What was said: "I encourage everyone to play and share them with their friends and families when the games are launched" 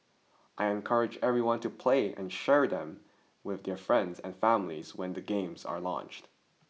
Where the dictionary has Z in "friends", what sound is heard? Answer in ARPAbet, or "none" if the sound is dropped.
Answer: Z